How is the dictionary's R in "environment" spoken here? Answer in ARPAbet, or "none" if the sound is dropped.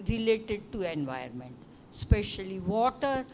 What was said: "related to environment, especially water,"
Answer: none